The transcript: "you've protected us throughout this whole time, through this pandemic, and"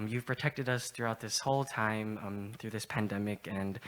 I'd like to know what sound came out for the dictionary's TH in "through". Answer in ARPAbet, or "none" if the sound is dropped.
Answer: TH